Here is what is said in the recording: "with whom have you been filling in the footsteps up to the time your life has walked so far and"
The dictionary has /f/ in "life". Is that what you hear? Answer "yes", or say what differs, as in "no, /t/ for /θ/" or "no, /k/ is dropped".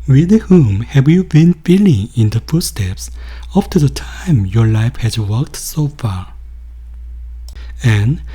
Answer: yes